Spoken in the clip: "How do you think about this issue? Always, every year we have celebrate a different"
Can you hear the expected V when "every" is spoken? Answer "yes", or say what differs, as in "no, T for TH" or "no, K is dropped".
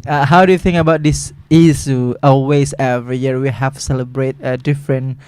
yes